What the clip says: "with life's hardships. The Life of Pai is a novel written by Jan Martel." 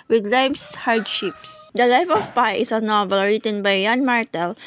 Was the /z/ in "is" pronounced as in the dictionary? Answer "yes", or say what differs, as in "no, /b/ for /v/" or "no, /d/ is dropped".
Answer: no, /s/ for /z/